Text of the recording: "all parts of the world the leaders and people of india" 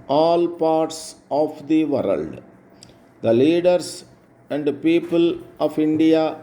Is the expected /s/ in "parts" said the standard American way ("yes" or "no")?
yes